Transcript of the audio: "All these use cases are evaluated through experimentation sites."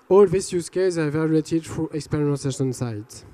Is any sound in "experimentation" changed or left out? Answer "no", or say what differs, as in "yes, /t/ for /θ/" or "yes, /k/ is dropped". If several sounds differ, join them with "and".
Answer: yes, /m/ is dropped and /s/ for /t/